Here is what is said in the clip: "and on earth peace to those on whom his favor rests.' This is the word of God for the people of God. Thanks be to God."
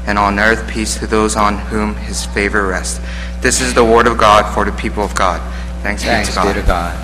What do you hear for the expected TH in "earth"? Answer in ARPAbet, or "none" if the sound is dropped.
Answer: TH